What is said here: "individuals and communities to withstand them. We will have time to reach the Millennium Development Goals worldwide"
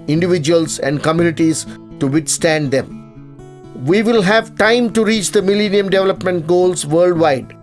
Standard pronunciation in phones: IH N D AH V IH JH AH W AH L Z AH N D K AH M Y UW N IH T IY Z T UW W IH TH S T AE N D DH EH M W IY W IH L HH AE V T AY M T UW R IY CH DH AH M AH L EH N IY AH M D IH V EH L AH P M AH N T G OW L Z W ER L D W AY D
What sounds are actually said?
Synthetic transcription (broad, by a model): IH N D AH V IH JH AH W AH L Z AH N D K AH M Y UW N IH T IY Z T UW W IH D S T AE N D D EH M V IY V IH L HH AE V T AY M T UW R IY CH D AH M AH L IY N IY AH M D IH V EH L AH P M AH N T G OW L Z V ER L D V AY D